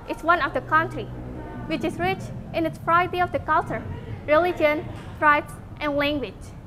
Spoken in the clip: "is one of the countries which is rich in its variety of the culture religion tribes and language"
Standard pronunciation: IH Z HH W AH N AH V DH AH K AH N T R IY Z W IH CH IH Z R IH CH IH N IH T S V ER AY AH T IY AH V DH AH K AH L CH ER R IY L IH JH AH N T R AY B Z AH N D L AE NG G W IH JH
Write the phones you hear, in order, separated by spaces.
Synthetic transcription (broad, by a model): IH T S W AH N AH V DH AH K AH N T R IY W IH CH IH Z R IH CH IH N IH T S P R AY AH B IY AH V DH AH K AH L CH ER R IY L IH JH AH N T R AY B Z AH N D L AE NG G W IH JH